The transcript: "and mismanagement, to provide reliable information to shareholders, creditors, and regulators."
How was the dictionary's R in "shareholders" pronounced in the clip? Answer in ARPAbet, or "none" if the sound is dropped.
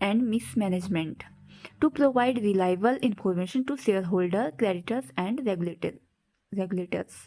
L